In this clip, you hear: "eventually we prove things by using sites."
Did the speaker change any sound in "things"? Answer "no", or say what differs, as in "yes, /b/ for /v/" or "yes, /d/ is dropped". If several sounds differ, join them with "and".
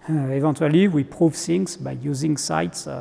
yes, /s/ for /θ/